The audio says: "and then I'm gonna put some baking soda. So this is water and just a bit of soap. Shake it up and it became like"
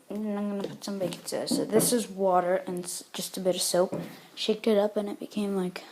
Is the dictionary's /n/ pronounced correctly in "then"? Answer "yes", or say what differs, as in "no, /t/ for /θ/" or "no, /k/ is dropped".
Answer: no, /n/ is dropped